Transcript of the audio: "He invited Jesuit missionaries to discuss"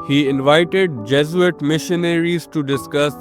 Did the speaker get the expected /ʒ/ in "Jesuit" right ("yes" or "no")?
no